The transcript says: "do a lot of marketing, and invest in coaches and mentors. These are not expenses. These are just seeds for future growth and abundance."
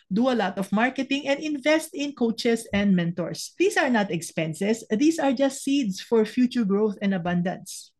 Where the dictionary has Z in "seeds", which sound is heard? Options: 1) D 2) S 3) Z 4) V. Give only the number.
2